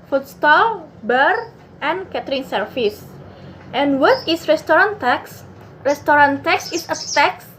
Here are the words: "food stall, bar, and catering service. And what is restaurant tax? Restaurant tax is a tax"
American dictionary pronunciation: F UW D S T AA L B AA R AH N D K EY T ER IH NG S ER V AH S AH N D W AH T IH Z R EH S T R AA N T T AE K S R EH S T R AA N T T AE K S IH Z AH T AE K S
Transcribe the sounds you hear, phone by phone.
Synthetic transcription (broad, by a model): F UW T S T AA L B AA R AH N K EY T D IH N S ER F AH S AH N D W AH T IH S R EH S T R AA N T T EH K S R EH S T R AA N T T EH K S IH S AH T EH K S